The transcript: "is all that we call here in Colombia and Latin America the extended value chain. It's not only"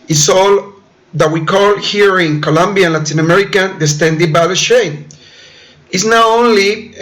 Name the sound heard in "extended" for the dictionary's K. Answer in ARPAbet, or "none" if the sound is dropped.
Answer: none